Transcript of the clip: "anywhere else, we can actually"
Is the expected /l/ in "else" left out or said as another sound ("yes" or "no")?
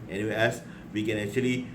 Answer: yes